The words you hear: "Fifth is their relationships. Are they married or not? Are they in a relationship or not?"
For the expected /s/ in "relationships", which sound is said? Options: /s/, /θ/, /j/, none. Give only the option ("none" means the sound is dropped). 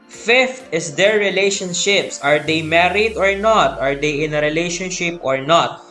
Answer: /s/